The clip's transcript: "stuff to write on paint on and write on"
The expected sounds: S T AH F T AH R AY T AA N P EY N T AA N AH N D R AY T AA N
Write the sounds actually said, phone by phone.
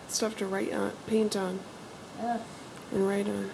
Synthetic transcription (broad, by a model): S T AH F T AH R AY T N P EY N T N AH N R AY T N